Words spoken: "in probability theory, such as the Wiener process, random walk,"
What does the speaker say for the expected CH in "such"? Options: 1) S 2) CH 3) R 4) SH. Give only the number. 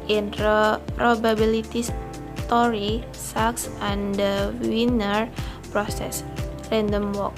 1